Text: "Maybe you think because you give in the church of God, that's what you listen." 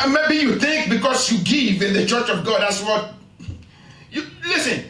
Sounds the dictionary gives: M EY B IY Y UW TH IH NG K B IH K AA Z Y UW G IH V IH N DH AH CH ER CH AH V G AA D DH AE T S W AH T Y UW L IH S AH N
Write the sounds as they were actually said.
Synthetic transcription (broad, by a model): M EY B IY Y UW TH IH NG K B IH K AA S Y UW G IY V IH N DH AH CH ER CH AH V G AA D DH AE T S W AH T Y UW L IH S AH N